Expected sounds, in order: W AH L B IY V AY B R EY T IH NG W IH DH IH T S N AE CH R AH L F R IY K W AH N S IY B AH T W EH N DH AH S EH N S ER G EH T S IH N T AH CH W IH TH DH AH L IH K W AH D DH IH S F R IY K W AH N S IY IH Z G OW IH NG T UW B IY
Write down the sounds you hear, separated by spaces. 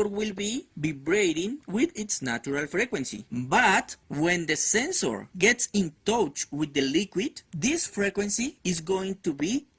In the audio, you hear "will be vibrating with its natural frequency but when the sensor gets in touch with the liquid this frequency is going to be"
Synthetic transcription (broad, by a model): W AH L B IY B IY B R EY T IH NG W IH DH IH T S N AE CH R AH L F R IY K W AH N S IY B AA T W EH N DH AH S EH N S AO G EH T S IH N T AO CH W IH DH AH L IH K W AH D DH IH S F R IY K W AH N S IY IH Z G OW IH NG T UW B IY